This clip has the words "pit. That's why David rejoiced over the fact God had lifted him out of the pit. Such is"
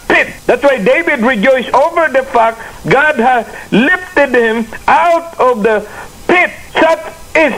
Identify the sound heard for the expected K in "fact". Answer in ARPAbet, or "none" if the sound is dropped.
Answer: K